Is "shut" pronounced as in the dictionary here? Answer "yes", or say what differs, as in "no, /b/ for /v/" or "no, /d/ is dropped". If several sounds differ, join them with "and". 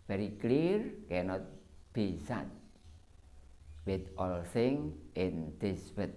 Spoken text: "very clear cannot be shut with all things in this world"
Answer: no, /s/ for /ʃ/